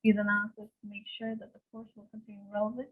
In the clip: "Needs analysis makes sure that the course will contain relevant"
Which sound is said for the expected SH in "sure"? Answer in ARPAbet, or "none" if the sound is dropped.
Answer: SH